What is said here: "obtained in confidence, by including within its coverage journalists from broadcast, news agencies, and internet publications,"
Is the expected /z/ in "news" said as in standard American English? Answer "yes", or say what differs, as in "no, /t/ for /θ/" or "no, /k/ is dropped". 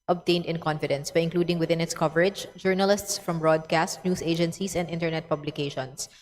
no, /s/ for /z/